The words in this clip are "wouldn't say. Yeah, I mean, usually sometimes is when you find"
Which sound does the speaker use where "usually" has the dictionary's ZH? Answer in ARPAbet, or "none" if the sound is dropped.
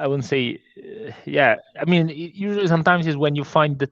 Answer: ZH